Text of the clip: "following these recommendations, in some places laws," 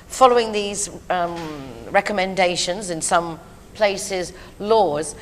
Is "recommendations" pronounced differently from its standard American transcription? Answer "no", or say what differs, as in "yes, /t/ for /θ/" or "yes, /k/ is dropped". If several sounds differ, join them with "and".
no